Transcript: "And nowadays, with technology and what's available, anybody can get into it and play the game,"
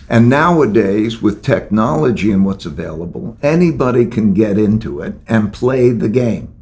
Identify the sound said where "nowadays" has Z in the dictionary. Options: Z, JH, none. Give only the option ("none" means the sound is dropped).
Z